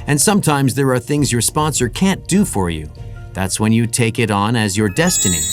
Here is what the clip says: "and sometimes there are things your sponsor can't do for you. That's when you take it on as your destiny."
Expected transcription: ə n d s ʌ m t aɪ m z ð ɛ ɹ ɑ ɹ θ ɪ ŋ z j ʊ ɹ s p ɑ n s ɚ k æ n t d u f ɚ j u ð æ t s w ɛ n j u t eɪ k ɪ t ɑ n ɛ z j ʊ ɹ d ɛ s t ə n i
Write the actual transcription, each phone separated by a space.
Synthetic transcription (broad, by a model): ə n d s ʌ m t aɪ m z ð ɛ ɹ ɑ ɹ θ ɪ ŋ z j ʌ ɹ s p ɑ n s ɚ k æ n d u f ɚ j u ð æ t s w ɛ n j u t eɪ k ɪ t n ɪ z j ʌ ɹ d ɛ s t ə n i